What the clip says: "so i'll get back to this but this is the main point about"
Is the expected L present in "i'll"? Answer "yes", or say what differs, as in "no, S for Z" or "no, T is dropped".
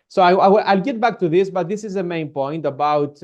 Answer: yes